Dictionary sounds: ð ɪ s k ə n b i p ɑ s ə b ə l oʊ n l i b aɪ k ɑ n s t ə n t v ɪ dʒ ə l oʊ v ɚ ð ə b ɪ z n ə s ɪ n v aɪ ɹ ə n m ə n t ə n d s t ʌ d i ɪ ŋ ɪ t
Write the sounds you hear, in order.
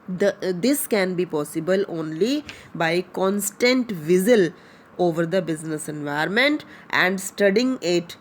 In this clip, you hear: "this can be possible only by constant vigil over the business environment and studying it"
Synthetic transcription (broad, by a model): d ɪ s k ə n b i p ɑ s ə b ə l oʊ n l i b aɪ k ɑ n s t ə n t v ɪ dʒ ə l oʊ v ɚ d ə b ɪ z n ə s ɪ n v aɪ ə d m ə n t ə n d s t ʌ d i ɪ ŋ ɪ t